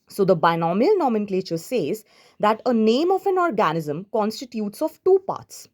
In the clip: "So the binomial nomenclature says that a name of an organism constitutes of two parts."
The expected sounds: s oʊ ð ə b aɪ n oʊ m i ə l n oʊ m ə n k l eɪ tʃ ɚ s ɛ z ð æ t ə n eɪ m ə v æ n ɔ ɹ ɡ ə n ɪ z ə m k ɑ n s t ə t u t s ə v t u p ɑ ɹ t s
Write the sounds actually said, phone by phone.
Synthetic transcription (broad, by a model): s oʊ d ə b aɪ n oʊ m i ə l n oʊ m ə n k l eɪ tʃ ɚ s ɛ z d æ t ə n eɪ m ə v æ n ɔ ɹ ɡ ə n ɪ z ə m k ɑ n s t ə t u t s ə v t u p ɑ ɹ t s